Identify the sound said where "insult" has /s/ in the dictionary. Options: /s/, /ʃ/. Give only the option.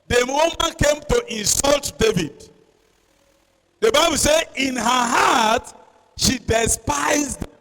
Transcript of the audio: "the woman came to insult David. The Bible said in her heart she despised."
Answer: /s/